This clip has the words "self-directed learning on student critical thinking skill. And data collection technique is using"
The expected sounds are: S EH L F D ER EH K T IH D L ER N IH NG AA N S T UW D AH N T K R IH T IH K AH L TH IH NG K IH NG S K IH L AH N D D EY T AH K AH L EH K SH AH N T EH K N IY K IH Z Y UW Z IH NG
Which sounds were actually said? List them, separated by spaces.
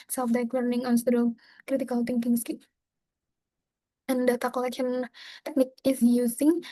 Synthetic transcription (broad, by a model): S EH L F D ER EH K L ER N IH NG AA N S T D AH K R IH T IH K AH L T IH NG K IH NG S K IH N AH N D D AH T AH K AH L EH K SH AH N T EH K N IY K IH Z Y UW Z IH NG